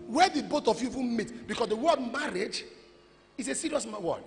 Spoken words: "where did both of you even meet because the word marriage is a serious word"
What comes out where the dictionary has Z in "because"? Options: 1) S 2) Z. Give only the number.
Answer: 1